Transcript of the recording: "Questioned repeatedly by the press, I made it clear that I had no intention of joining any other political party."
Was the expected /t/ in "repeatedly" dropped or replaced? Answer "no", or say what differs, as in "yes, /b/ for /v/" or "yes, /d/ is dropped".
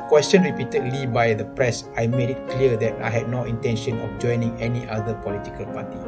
no